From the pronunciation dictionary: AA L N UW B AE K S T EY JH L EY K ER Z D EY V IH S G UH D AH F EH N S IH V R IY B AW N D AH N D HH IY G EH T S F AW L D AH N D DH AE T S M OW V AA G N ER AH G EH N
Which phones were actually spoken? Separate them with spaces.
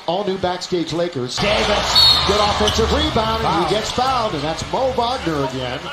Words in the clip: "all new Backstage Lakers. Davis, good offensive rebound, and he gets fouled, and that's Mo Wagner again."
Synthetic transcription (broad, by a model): AA L N UW B AE K S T EY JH L EY K ER Z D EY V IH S G UH D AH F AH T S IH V R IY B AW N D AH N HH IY G EH T S F AW N D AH N DH AE T S M OW B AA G N ER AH G EH N